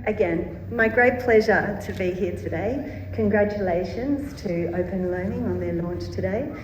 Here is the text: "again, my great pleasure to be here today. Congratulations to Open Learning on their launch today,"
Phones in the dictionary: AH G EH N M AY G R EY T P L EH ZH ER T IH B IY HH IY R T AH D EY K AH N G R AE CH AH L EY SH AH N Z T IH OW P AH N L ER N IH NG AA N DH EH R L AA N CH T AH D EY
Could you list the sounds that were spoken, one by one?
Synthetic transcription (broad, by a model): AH G EH N M AY G R EY T P L EH ZH ER T IH B IY HH IY R T AH D EY K AH N G R AE CH AH L EY SH AH N Z T IH OW P AH N L ER N IH NG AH N DH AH R L AA N CH T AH D EY